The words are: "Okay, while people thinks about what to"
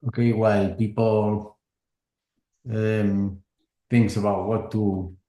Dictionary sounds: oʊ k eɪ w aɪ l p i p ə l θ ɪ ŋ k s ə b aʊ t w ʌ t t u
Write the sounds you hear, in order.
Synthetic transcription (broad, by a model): oʊ k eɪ w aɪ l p i p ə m θ ɪ ŋ k s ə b aʊ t w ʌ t t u